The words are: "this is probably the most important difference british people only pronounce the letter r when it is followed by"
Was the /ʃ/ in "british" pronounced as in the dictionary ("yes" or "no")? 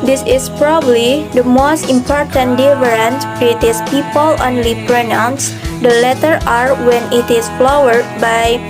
no